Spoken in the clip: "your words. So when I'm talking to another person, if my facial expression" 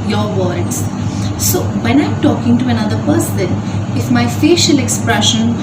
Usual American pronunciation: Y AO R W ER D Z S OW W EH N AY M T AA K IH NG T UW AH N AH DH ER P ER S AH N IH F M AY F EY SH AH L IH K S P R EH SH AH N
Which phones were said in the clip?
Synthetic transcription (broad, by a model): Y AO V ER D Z S OW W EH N AY M T AA K IH NG T UW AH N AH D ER P ER S AH N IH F M AY F EY SH AH L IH K S P R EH SH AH N